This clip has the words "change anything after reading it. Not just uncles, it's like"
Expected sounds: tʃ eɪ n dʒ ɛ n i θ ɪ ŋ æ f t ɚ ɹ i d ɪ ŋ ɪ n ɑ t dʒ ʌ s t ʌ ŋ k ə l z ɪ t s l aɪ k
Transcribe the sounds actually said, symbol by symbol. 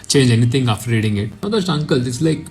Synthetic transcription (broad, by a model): tʃ eɪ n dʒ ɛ n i t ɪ ŋ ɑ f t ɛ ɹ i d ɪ ŋ ɪ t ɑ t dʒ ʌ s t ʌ ŋ k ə l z ɪ t s l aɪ k